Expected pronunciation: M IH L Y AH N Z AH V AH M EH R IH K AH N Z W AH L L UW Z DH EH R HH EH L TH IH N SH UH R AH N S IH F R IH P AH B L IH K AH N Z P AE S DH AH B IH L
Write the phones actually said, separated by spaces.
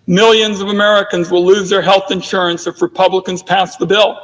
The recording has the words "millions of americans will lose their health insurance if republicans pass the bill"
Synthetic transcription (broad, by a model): M IH L Y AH N Z AH V AH M EH R IH K AH N Z W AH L L UW Z DH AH R HH EH L TH IH N SH UH R AH N S IH F R IH P AH B L IH K AH N Z P AE S DH AH B IH L